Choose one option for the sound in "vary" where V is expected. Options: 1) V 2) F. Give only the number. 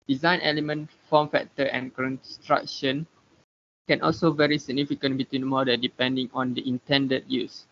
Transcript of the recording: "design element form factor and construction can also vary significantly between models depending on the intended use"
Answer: 1